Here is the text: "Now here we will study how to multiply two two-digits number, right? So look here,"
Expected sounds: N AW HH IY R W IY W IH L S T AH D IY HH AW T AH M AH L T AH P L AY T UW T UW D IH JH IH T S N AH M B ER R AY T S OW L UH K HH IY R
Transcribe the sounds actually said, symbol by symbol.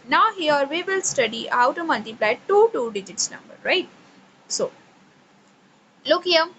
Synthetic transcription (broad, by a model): N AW HH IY R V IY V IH L S T AH D IY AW T AH M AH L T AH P L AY T UW T UW D IH JH IH T S N AH M B ER R AY T S OW L UH K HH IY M